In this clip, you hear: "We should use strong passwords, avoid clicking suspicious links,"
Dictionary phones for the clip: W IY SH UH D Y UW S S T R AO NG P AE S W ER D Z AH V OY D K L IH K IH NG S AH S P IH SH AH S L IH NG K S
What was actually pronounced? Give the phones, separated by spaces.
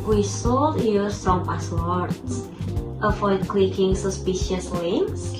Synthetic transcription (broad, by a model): W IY S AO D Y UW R S T R AO NG P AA S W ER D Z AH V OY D K L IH K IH NG S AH S P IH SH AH S L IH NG K S